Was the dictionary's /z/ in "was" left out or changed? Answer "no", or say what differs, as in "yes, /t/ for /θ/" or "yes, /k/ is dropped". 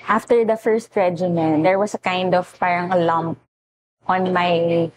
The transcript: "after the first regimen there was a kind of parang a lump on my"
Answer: yes, /s/ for /z/